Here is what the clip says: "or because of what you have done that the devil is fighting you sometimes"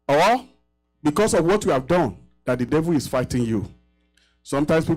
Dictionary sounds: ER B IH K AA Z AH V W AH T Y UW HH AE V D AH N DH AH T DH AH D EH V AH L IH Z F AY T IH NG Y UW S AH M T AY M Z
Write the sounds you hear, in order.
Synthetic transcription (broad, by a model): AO B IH K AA S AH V W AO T Y UW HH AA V D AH N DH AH T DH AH D EH V AH L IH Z F AY T IH NG Y UW S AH M T AY M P